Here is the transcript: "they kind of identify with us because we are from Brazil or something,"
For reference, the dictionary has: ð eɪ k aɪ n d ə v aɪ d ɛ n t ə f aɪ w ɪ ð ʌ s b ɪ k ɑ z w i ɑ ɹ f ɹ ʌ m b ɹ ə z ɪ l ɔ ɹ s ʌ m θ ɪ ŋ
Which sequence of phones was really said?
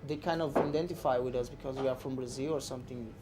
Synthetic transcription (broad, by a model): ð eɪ k aɪ n d ə v aɪ d ɛ n t ə f aɪ w ɪ ð ʌ s b ɪ k ɑ z w i ɑ ɹ f ɹ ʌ m b ɹ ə z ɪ l ɔ ɹ s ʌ m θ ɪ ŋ